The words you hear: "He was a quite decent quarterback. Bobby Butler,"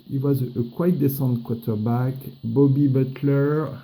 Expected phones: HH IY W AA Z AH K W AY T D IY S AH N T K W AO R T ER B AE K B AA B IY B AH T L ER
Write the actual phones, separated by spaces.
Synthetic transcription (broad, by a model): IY W AA Z AH K W AY T D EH S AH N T K W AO T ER B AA K B AA B IY B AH T L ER